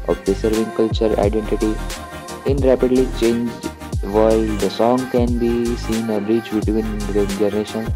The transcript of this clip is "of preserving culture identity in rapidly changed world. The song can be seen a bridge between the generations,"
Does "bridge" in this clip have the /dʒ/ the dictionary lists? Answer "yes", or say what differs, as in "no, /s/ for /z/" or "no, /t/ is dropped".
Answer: no, /tʃ/ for /dʒ/